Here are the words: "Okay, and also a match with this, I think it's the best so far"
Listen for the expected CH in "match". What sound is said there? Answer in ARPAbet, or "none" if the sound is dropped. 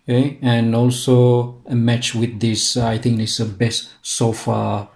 CH